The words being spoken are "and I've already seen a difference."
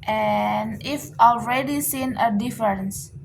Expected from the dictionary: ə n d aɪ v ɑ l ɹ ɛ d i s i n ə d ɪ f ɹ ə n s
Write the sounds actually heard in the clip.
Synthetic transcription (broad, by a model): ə n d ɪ f ɑ l ɹ ɛ d i s i n ə d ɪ f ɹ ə n s